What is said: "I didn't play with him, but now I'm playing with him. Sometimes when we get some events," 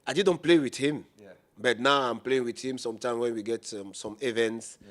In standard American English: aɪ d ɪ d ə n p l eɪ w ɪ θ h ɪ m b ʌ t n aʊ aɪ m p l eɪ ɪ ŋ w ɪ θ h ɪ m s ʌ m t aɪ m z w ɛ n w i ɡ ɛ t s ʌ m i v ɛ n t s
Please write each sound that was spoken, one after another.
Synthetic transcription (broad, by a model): aɪ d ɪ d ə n p l eɪ w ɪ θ h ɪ m b ʌ t n aʊ aɪ m p l eɪ ɪ ŋ w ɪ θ h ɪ m s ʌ m t aɪ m w ɛ n w i ɡ ɛ t s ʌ m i v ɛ n t s